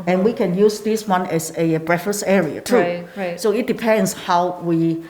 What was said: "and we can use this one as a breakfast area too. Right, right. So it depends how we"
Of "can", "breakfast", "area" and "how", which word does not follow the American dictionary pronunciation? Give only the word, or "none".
breakfast